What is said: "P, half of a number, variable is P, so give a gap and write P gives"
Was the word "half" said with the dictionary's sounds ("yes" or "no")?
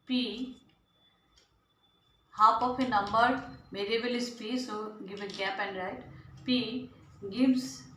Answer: no